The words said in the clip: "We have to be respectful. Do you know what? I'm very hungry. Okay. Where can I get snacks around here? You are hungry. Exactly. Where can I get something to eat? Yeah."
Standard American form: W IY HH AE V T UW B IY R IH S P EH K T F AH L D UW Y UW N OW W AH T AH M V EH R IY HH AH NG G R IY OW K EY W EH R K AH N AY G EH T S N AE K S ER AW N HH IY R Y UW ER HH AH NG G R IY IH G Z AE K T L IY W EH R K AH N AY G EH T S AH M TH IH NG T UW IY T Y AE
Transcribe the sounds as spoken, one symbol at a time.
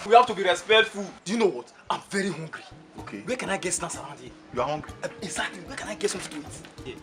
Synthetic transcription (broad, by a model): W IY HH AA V T UW B IY R IH S P EH K T F AH L D UW Y UW N OW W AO T AH M V EH R IY HH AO NG G R IY OW K EY W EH K AH N AY G EH T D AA S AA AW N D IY Y UW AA HH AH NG G R IY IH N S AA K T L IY W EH K AH N AY G EH T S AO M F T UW IY T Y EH